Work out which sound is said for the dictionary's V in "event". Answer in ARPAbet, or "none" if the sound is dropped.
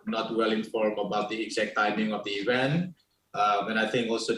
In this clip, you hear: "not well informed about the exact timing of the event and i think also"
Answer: V